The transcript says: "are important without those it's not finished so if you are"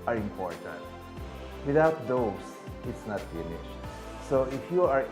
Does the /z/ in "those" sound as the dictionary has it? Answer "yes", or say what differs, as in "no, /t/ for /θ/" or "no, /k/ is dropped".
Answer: no, /s/ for /z/